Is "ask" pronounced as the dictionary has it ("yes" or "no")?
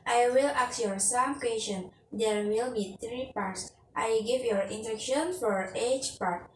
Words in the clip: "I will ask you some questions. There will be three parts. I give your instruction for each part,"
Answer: no